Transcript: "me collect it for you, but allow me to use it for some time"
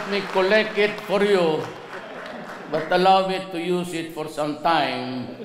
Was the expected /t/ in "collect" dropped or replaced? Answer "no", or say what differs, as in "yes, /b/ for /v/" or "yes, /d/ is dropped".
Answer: yes, /t/ is dropped